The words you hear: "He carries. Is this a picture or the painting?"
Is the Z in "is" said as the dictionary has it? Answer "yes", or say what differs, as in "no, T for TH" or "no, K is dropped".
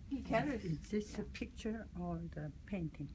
no, S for Z